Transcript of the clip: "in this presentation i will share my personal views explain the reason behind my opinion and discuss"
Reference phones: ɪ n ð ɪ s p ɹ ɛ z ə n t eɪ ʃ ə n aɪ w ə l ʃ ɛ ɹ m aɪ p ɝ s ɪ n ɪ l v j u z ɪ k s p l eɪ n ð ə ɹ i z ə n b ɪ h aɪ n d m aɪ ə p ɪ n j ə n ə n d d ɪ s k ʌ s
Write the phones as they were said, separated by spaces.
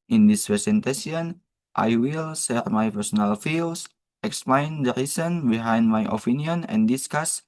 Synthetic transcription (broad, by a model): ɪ n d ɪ s p ɹ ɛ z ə n t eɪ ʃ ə n aɪ w ə l s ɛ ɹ m aɪ p ɝ s ɪ n ɪ l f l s ɪ k s p l eɪ n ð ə ɹ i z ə n b ɪ h aɪ n d m aɪ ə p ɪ n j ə n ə n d d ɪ s k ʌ s